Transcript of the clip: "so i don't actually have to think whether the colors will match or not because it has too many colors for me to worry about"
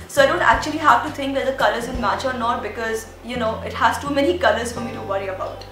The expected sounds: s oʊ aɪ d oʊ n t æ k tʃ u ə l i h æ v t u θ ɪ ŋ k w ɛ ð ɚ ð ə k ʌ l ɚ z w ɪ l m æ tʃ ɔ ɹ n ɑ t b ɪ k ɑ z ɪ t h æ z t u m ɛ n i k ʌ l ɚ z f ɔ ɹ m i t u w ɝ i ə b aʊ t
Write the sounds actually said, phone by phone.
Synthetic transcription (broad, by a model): s oʊ aɪ d oʊ n t æ k tʃ u ə l i h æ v t u t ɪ ŋ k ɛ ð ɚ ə k ʌ l ɚ z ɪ n m æ tʃ ɔ ɹ n ɑ t b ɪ k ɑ z ɪ t h æ z t u m ɛ n i k ʌ l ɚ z f ɔ ɹ m i t u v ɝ i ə b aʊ t